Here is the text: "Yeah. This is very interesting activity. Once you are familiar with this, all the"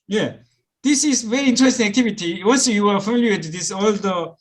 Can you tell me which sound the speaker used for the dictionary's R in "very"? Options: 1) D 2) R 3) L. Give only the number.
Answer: 2